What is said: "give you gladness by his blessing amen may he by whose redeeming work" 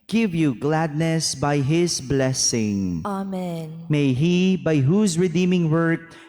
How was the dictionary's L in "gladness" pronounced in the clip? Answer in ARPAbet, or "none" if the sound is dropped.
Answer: L